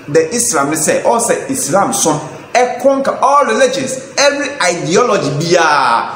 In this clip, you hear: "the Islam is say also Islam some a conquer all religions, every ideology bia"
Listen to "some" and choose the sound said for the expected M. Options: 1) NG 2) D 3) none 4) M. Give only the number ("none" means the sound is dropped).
3